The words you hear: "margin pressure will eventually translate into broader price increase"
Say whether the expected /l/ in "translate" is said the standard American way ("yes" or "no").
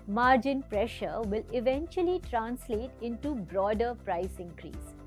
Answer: yes